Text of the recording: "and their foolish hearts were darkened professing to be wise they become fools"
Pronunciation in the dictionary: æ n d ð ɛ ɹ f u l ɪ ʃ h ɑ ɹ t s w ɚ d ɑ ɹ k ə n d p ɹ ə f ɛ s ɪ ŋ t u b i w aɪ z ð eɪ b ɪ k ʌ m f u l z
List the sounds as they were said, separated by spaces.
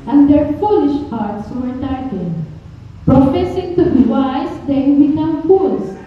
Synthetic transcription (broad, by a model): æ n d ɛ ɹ f u l ɪ ʃ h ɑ ɹ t s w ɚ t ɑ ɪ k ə d p ɹ ə f ɛ s ɪ ŋ t u b i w aɪ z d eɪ b ɪ k ʌ m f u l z